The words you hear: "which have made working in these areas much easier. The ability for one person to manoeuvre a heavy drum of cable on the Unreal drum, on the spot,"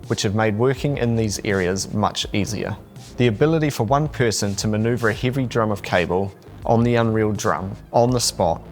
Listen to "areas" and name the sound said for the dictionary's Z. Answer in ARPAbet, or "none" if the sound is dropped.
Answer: Z